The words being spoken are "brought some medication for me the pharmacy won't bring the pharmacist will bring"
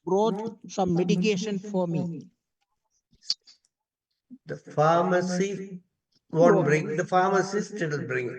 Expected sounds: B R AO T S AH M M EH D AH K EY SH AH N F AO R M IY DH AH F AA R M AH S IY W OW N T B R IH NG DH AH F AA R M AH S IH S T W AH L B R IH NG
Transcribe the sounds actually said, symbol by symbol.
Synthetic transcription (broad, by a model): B R AO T S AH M M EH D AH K EY SH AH N F AO R M IY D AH F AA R M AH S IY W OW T B R IH NG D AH F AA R M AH S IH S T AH N B R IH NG